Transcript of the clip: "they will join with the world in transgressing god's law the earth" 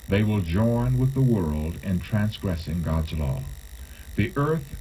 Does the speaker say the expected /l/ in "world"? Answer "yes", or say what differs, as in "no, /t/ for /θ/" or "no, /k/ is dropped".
yes